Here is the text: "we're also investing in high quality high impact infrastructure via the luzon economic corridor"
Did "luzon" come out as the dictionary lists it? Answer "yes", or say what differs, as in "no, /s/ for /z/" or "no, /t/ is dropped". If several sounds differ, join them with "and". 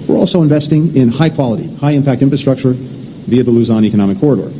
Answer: yes